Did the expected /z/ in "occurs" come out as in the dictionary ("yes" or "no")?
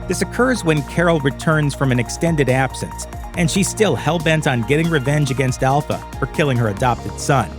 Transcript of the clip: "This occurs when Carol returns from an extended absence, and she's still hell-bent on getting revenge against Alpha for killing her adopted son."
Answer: yes